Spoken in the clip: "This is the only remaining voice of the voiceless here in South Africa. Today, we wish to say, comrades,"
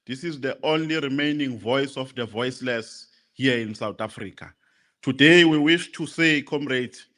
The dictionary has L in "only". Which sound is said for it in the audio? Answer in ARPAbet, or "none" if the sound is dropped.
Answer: L